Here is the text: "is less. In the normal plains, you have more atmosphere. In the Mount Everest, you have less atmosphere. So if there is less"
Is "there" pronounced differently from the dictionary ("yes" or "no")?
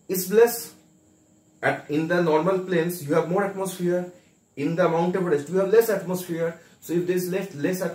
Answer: yes